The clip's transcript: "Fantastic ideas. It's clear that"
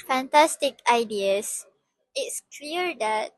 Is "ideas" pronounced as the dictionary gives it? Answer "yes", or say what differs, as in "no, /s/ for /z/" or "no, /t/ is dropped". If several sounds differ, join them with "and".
no, /s/ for /z/